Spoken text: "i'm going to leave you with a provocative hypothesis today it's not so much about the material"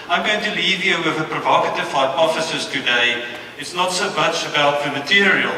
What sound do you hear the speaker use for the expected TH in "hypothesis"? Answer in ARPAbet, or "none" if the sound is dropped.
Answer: F